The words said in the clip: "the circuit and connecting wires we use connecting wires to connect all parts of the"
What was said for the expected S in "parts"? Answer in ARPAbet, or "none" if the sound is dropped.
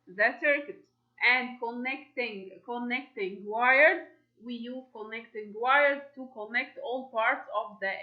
S